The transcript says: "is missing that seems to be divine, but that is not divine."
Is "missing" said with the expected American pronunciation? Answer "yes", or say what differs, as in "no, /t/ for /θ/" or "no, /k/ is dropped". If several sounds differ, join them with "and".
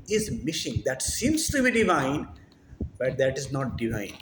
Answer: no, /ʃ/ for /s/